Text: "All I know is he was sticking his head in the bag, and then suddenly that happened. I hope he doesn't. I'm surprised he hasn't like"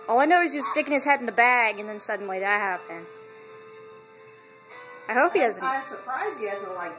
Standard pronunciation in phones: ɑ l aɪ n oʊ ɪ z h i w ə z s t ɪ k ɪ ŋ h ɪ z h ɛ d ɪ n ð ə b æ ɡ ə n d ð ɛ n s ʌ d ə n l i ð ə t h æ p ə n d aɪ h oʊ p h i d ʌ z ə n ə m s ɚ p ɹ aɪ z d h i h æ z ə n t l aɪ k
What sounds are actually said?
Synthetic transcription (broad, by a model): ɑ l aɪ n oʊ ɪ z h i w ə z s t ɪ k ɪ ŋ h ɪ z h ɛ d n ð ə b æ ɡ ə n ð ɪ n s ʌ d n l i ð ə t h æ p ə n aɪ h oʊ p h i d ʌ z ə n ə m s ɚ p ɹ aɪ z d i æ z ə l aɪ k